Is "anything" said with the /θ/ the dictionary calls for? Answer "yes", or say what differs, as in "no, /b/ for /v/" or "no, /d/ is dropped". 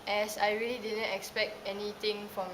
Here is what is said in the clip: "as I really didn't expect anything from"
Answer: no, /t/ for /θ/